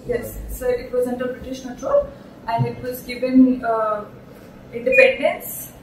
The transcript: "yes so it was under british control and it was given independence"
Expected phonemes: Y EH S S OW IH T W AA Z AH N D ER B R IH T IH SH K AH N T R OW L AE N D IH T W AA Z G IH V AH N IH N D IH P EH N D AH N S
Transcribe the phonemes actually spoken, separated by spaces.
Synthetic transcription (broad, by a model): Y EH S S OW IH T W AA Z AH N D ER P R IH T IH SH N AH L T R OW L AE N D IH T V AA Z G IH V AH N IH N D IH P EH N D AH N S